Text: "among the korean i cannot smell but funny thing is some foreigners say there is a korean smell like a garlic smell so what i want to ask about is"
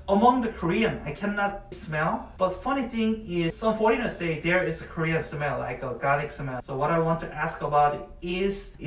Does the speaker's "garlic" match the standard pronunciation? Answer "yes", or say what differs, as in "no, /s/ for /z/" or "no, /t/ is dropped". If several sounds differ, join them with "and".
no, /l/ is dropped